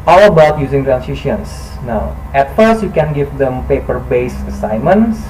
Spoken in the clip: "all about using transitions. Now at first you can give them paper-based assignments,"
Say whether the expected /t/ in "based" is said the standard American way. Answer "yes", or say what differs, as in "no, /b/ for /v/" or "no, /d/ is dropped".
no, /t/ is dropped